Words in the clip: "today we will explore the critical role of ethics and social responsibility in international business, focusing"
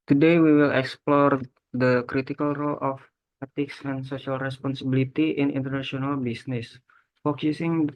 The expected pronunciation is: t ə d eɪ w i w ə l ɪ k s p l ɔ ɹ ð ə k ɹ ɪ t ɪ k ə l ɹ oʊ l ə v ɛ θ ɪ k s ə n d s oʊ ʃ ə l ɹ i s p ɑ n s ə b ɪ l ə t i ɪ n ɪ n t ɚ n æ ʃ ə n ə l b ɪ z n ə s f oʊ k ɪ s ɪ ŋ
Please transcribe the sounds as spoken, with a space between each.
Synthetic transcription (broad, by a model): t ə d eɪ w i w ə l ɪ k s p l ɔ ɹ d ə k ɹ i t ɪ k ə l ɹ oʊ l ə f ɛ t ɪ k s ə n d s oʊ s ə l ɹ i s p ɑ n s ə b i l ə t i ɪ n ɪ n t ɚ n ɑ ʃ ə n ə l b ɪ s n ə s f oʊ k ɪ s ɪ ŋ